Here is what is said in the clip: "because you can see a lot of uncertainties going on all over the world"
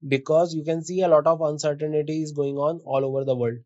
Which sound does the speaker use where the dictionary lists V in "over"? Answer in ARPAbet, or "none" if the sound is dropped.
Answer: V